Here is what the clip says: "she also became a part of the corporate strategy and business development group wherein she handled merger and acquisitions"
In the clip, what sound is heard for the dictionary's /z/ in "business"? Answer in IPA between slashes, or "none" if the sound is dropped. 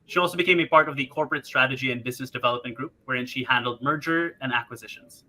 /z/